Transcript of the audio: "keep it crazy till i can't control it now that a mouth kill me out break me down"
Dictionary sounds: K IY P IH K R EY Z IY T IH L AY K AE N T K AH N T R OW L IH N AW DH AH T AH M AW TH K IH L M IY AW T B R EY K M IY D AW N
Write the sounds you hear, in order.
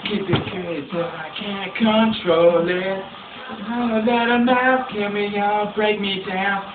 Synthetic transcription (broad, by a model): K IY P IH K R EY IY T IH AY K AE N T K AH N T R OW L IH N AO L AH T AH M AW F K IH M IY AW B R EY K M IY D AW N